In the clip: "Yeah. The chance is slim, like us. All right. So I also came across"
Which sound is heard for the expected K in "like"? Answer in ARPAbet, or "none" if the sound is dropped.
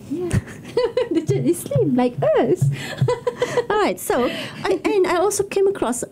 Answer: K